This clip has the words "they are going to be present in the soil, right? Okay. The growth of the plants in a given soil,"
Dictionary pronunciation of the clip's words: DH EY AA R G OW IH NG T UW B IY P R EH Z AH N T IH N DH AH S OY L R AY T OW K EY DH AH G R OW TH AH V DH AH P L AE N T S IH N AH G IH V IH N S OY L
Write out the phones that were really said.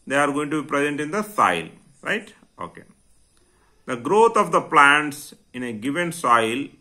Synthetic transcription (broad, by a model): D EY AA R G OW IH NG T UW B IY P R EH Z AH N T IH N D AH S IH L R AY T OW K EY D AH G R OW T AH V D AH P L AE N T S IH N AH G IH V IH N S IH L